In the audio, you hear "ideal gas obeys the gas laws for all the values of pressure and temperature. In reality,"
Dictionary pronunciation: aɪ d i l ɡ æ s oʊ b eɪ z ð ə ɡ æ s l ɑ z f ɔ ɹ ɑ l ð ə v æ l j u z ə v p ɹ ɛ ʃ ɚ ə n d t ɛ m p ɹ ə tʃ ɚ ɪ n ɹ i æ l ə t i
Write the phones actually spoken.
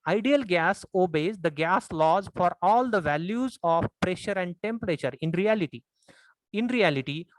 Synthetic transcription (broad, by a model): aɪ d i l ɡ æ s oʊ b eɪ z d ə ɡ æ s l ɑ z f ɔ ɹ ɑ l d ə v æ l j u z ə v p ɹ ɛ ʃ ɚ ə n d t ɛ m p ɹ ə tʃ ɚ ɪ n ɹ i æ l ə t i